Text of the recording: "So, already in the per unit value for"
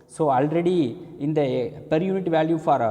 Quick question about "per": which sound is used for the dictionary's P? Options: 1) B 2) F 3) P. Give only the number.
3